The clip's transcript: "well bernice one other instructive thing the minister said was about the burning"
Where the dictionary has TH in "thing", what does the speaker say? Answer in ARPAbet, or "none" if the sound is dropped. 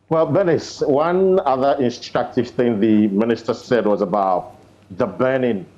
TH